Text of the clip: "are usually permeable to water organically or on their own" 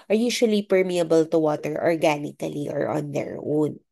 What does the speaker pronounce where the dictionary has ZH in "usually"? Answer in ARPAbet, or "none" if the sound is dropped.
SH